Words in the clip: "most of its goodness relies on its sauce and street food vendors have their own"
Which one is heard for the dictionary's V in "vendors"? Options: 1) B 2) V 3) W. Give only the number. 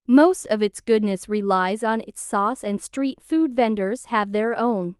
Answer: 2